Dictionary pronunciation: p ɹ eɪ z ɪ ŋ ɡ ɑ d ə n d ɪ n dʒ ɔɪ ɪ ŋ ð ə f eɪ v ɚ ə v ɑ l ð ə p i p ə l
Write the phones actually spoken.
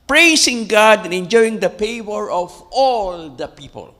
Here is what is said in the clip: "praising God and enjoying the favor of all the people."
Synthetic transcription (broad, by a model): p ɹ eɪ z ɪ ŋ ɡ ɑ d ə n ɪ n dʒ ɔɪ ɪ ŋ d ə p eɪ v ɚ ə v ɑ l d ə p i p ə l